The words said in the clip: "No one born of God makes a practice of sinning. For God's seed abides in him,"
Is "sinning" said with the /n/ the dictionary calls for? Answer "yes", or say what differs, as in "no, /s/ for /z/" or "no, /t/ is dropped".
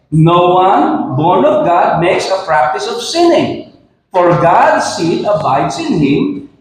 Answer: yes